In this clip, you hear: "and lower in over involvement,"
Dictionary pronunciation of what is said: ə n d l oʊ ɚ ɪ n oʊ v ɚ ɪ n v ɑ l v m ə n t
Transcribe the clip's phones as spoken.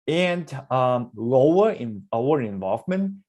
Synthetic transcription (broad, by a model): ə n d l oʊ ɚ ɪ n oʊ ɚ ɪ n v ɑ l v m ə n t